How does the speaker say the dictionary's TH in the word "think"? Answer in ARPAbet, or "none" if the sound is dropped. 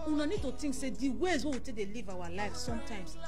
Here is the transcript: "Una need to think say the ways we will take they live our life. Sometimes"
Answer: T